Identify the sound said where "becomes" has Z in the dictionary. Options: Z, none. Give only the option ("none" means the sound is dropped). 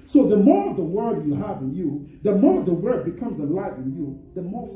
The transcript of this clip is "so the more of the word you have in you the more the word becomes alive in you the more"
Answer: Z